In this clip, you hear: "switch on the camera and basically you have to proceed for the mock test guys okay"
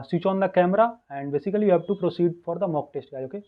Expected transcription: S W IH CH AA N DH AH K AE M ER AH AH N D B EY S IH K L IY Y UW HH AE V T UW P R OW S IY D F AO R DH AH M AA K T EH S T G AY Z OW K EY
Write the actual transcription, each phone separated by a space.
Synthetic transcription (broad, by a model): S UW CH AA N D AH K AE M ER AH AH N D B EY S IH K L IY Y UW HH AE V T UW P R OW S IY D F AO R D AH M AA K T EH S T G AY OW K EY